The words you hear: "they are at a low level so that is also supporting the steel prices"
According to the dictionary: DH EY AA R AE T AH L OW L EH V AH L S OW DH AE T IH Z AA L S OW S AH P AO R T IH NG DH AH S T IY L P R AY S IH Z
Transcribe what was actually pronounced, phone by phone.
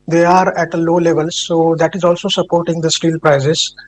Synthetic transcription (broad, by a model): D EY AA R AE T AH L OW L EH V AH L S OW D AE T IH Z AA L S OW S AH P AO R T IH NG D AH S T IY L P R AY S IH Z